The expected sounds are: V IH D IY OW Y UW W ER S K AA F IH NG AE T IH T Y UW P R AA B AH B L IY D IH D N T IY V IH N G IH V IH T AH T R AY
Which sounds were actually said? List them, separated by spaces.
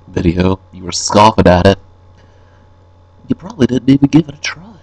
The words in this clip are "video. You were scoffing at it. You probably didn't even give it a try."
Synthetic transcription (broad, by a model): V IH D IY OW Y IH W ER S K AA F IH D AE T IH T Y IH P R AA B AH B L IY D IH D N T IY V IH N G IH V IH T AH T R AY